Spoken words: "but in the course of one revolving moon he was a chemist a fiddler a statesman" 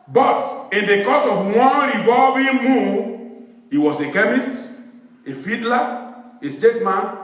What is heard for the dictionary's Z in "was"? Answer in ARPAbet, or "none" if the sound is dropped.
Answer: S